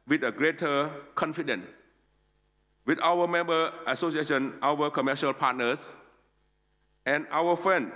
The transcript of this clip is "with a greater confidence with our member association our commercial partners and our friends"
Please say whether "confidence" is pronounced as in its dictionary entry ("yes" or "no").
no